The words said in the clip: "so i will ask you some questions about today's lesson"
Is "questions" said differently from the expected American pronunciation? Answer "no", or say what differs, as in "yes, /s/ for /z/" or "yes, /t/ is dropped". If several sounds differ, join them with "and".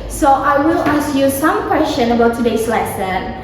yes, /z/ is dropped